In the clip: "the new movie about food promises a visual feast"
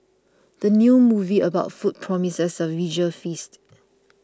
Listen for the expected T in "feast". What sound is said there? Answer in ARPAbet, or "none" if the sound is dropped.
T